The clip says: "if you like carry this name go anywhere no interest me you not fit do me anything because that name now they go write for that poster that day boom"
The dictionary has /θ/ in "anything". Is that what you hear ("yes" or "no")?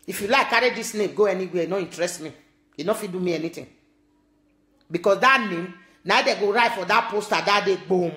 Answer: no